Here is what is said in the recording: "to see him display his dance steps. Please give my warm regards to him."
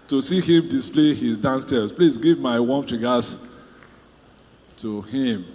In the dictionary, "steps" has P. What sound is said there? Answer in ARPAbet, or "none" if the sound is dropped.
none